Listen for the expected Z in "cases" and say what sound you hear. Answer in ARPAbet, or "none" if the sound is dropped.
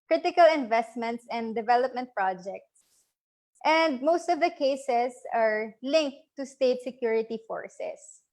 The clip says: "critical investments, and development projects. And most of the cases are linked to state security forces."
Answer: S